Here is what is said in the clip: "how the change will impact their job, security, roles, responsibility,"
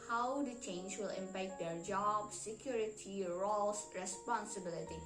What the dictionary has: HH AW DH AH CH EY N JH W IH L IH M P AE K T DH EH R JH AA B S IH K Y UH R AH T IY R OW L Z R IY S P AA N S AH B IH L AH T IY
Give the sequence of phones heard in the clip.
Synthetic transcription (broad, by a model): HH AW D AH CH EY N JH W IH L IH M P AE K T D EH R JH AA B S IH K Y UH R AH T IY R OW L S R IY S P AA N S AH B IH L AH T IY